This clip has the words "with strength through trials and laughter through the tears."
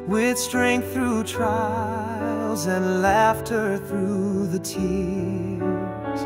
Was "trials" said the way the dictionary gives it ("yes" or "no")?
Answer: yes